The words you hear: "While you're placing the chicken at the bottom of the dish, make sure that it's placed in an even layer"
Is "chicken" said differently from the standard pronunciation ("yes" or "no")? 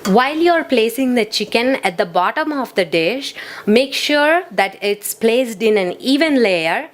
no